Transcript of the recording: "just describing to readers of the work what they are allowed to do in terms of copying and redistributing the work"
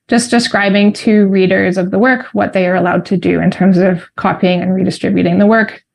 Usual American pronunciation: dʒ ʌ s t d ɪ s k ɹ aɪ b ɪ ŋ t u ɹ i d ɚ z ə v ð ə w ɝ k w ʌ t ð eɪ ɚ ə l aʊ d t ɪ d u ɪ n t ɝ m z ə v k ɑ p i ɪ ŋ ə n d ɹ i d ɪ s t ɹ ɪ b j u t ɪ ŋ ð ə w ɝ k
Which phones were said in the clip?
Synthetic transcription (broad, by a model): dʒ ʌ s d ɪ s k ɹ aɪ b ɪ ŋ t u ɹ i d ɚ z ə v ð ə w ɝ k w ʌ t ð eɪ ɚ ə l aʊ d t ɪ d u ɪ n t ɝ m z ə v k ɑ p i ɪ ŋ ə n ɹ i d ɪ s t ɹ ɪ b j u t ɪ ŋ ð ə w ɝ k